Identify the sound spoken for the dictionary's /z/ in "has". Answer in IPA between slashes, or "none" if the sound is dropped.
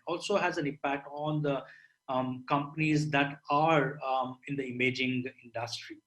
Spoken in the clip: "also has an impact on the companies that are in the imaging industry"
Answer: /z/